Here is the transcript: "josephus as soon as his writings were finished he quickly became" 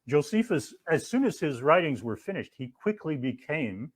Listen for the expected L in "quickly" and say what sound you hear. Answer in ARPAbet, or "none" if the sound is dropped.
L